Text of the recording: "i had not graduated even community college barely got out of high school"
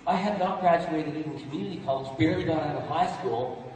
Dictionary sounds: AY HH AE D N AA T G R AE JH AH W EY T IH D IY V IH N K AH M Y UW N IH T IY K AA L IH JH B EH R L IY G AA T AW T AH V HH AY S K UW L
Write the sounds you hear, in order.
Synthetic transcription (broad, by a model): AY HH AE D N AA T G R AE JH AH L EY T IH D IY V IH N K AH M Y UW N IH T IY K AA L IH JH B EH R IY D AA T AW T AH HH AY S K UW L